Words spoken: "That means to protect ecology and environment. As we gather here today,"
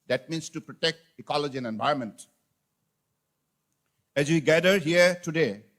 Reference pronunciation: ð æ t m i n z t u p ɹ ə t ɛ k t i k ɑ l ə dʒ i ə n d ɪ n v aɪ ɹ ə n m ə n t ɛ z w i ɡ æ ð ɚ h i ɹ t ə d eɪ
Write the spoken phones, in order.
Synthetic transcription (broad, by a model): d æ t m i n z t u p ɹ ə t ɛ k t i k ɑ l ə dʒ i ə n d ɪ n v aɪ ə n m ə n t ɛ z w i ɡ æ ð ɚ h i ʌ t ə d eɪ